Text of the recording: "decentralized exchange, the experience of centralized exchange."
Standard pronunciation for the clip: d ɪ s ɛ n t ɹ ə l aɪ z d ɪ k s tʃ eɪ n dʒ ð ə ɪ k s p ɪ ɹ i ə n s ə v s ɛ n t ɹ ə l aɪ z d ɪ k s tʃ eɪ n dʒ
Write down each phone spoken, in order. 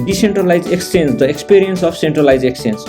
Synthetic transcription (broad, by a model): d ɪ s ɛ n t ɹ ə l aɪ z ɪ k s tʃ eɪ n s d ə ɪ k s p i ɹ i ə n s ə b s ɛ n t ɹ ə l aɪ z ɪ k s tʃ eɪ n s